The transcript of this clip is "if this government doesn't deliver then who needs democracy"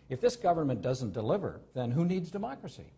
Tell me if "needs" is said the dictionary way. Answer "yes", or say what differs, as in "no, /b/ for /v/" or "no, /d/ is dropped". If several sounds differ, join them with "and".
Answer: yes